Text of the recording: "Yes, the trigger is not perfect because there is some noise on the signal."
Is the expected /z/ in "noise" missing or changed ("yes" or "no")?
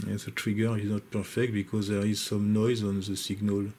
no